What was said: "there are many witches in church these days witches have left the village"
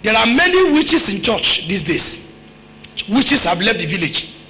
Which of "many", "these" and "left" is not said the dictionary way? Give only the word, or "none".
these